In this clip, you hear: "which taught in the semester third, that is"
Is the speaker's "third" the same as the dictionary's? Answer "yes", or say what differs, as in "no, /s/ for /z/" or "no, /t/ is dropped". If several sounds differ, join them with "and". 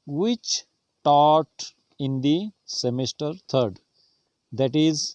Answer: no, /t/ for /θ/